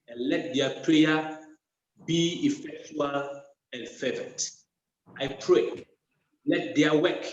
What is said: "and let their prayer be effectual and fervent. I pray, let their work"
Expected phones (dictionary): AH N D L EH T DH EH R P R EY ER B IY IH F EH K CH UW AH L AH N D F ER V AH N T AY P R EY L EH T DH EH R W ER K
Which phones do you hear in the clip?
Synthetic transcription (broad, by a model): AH N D L EH T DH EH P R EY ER B IY IH F EH K CH UW AH L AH N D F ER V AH T AY P R EY L EH T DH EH W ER K